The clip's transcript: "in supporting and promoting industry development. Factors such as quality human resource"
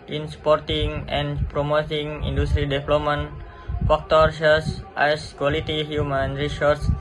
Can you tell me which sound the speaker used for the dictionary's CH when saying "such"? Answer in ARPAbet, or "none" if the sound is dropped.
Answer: S